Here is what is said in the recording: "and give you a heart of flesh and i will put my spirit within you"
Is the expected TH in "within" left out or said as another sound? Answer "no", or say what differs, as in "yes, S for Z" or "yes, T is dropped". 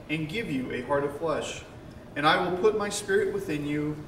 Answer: no